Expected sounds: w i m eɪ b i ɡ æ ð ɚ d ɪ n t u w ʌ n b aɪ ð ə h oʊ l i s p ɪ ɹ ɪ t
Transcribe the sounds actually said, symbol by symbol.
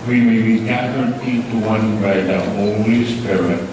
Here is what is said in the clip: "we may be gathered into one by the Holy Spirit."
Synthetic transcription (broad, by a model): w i m eɪ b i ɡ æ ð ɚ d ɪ t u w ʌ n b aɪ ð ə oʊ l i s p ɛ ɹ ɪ